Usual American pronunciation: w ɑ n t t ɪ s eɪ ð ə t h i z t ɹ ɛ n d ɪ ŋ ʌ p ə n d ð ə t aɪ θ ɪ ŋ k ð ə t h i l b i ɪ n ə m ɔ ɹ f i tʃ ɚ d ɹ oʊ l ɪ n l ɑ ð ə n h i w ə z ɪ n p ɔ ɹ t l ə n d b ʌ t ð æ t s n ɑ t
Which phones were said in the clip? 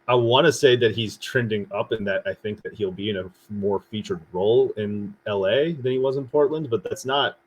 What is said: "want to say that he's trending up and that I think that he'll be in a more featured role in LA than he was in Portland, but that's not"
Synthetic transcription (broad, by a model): w ɑ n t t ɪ s eɪ ð ə t h i z t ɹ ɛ n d ɪ ŋ ʌ p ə n ð ə t aɪ θ ɪ ŋ k ð ə t h i l b i ɪ n ə m ɔ ɹ f i tʃ ɚ d ɹ oʊ l ɪ n l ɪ ð ə n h i w ə z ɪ n p ɔ ɹ t l ə n d b ʌ t ð æ t s n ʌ t